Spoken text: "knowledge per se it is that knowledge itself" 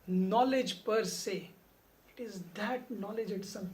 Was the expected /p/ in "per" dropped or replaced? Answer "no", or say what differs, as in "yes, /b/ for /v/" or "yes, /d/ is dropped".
no